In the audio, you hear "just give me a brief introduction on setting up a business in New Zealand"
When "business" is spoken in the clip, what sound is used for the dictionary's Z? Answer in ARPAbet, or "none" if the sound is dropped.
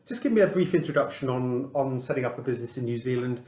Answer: Z